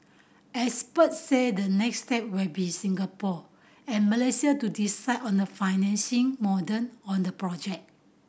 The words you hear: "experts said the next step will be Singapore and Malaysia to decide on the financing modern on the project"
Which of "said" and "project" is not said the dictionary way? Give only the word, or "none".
project